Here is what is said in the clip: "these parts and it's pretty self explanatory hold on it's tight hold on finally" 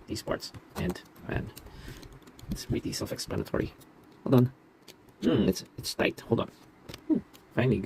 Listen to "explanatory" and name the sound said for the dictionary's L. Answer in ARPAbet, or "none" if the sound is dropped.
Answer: L